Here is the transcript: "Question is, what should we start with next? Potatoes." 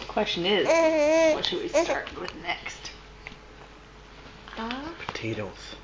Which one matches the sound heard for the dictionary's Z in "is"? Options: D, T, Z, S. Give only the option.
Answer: Z